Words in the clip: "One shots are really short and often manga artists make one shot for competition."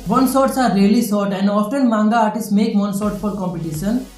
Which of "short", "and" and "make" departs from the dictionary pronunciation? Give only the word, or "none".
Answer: short